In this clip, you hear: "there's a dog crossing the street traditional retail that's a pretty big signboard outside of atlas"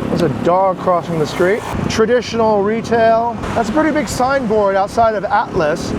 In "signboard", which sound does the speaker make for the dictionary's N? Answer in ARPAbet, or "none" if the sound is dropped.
N